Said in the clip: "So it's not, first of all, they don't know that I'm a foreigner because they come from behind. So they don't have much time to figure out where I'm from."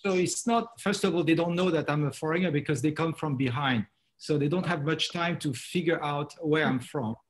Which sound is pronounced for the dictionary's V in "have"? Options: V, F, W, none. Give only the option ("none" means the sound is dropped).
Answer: V